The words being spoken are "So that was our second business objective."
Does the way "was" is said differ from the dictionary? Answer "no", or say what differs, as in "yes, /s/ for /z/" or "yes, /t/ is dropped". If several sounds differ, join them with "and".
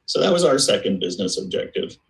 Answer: no